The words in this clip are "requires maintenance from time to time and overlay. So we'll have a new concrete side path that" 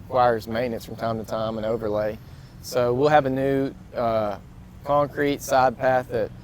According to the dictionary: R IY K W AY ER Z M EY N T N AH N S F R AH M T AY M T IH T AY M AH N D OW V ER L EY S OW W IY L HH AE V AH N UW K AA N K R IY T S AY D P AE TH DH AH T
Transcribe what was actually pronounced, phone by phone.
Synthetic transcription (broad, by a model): K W AY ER Z M EY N N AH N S F R AH M T AY M T IH T AY M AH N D OW V ER L EY S OW W IY L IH V AH N UW K AA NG K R IY T S AY D P AE TH DH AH T